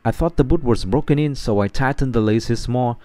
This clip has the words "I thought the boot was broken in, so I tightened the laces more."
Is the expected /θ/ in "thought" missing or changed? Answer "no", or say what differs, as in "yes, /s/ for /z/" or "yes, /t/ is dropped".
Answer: no